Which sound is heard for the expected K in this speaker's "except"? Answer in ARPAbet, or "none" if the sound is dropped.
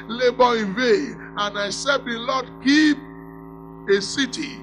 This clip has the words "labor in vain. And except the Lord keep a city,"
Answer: none